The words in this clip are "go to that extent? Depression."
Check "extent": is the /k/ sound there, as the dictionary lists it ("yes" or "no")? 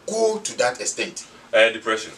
no